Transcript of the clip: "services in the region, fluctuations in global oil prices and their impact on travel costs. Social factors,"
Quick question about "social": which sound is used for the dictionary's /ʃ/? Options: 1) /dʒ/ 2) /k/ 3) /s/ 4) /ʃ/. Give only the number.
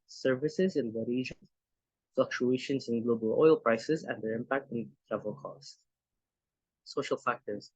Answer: 4